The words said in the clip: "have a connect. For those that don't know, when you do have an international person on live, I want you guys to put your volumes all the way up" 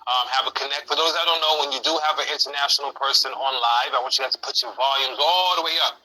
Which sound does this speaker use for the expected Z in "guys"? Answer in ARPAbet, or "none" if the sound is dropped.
none